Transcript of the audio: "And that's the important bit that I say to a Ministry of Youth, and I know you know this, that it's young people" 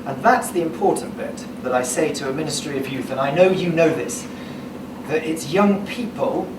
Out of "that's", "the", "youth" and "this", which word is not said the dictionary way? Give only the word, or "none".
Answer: none